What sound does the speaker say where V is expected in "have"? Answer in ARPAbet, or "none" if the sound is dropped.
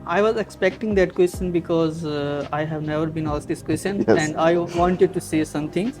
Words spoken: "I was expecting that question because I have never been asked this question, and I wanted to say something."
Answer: V